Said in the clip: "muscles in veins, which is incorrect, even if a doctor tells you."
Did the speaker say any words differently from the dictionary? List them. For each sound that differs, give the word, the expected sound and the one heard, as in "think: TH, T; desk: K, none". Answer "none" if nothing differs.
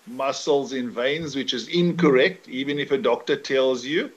none